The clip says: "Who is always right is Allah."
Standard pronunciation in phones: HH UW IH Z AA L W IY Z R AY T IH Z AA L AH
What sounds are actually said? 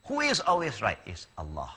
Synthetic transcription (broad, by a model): HH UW IH Z AA L W IY Z R AY T IH Z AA L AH